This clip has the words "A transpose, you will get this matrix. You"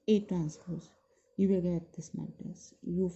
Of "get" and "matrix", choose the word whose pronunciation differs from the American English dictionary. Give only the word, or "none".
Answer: matrix